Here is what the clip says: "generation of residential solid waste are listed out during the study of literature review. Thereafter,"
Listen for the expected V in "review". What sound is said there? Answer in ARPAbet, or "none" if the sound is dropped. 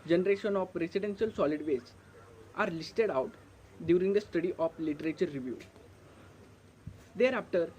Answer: V